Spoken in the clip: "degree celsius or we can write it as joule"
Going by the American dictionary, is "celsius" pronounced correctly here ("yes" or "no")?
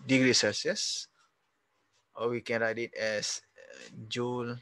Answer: no